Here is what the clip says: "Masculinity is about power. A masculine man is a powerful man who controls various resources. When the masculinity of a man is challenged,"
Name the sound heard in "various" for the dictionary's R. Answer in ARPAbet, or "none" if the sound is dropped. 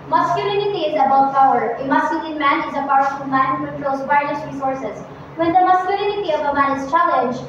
none